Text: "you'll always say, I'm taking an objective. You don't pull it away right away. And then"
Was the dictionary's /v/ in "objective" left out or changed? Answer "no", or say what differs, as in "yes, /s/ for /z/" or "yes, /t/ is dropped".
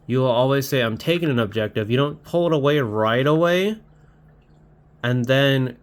no